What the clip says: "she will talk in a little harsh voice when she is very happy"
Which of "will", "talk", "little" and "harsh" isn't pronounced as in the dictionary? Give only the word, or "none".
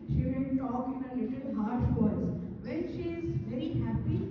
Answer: will